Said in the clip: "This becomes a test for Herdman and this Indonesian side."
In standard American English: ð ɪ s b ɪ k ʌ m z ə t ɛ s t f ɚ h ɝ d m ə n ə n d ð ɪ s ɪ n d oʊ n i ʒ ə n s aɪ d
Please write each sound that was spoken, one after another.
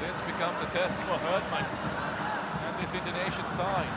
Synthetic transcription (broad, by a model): ð ɪ s b ɪ k ʌ m z ə t ɛ s t f ɚ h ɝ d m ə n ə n ð ɪ s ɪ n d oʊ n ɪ ʃ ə n s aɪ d